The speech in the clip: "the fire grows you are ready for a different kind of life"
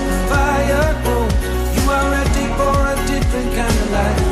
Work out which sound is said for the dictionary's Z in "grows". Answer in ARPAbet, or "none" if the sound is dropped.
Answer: none